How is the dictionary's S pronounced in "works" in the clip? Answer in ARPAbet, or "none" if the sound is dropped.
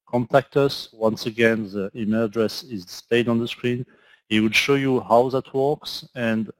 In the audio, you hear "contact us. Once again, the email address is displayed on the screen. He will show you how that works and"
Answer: S